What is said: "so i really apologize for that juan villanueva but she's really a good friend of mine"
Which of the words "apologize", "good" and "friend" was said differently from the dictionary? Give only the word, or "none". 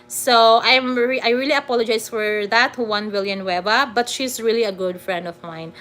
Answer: apologize